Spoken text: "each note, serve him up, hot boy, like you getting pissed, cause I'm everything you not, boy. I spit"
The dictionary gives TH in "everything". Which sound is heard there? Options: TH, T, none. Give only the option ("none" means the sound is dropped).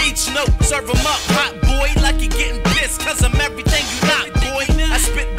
TH